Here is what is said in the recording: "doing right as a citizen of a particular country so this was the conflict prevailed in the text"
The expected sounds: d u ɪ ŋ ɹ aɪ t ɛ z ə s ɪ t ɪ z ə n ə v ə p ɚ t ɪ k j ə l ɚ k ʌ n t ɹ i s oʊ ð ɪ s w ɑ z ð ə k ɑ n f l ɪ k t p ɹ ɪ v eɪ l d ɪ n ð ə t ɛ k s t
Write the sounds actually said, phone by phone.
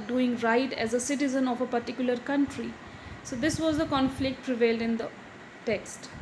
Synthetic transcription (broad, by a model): d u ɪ ŋ ɹ aɪ t ɛ z ə s ɪ t ɪ z ə n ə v ə p ɚ t ɪ k j ə l ɚ k ʌ n t ɹ i s oʊ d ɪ s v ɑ z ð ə k ɑ n f l ɪ k t p ɹ ɪ v eɪ l d ɪ n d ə t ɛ k s t